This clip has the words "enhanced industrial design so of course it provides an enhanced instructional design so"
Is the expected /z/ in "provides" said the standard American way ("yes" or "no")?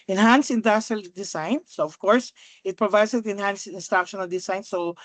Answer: no